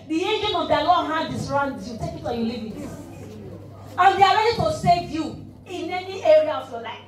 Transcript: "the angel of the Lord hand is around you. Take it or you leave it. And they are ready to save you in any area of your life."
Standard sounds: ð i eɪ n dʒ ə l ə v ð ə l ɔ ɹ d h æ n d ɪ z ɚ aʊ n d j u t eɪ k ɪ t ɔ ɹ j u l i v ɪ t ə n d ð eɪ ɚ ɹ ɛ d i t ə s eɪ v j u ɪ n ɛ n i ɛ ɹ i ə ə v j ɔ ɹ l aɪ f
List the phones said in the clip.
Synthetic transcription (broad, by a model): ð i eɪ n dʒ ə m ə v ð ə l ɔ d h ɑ d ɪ s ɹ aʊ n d j u t eɪ k ɪ t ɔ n j u l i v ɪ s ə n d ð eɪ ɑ ɹ ɛ d i t ə s eɪ v j u ɪ n ɛ n i ɛ ɹ i ə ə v j ɔ l aɪ f